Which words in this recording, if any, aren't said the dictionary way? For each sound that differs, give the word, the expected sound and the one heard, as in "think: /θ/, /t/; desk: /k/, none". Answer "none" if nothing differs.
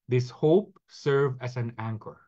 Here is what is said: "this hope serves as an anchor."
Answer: serves: /z/, none